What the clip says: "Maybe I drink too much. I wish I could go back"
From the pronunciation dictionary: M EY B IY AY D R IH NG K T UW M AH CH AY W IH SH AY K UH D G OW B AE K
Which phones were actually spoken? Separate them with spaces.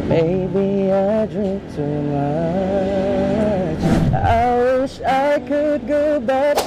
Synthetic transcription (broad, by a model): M EY B IY AY D R IH NG K T UW M AH CH AY W IH SH AY K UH D G OW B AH